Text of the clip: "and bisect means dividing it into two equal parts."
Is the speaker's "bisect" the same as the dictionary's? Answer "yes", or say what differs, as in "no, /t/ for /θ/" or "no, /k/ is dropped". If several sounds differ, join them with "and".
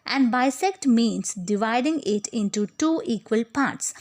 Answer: yes